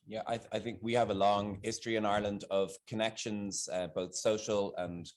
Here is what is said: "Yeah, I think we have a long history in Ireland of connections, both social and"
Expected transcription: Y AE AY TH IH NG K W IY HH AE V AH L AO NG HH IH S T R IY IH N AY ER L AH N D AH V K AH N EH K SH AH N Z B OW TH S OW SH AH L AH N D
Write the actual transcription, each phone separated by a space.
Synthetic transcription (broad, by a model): Y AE AY TH IH NG K W IY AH V AH L AO NG HH IH S T R IY IH N AY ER L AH N D AH V K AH N EH K SH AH N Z B OW TH S OW SH AH L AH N